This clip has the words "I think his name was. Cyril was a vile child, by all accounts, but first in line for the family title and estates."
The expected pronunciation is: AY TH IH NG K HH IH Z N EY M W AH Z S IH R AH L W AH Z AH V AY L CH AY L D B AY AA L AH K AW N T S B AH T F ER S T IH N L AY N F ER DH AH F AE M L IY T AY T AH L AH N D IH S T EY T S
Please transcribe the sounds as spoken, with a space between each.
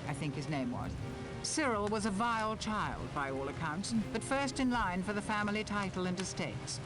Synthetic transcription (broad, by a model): AY TH IH NG K HH IH Z N EY M W AH Z S IH R L W AH Z AH V AY L CH AY L D B AY AA L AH K AW N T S B AH T F ER S T IH N L AY N F ER DH AH F AE M L IY T AY T L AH N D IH S T EY T S